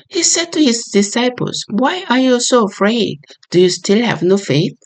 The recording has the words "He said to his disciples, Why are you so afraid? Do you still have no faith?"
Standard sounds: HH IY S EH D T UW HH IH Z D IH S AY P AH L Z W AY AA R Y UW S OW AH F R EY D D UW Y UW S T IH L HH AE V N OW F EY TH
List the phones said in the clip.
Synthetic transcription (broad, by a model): HH IY S EH D T UW HH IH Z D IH S AY P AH L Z W AY AA R Y UW S OW AH F R EY D D UW Y UW S T IH L HH AE V N OW F EY TH